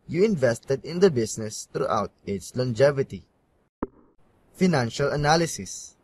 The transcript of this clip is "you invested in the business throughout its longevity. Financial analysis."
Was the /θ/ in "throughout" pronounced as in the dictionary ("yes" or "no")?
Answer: no